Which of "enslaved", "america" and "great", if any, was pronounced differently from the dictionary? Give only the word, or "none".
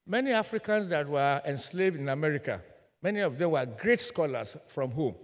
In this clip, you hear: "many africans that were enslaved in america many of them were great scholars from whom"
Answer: none